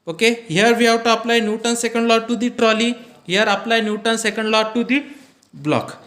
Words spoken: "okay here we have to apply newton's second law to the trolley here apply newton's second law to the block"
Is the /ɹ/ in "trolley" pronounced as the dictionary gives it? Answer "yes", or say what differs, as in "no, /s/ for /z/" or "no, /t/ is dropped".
yes